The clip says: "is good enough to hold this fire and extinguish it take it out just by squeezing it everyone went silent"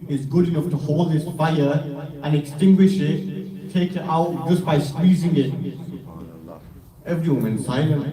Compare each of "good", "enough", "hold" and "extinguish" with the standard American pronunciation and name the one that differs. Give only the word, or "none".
none